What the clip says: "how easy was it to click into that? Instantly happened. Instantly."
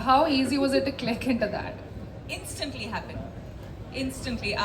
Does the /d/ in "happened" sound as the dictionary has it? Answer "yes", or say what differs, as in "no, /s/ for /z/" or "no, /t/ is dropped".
no, /d/ is dropped